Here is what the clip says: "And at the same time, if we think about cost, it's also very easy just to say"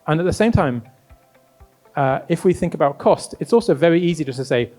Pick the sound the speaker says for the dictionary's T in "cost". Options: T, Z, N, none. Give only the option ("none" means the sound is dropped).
T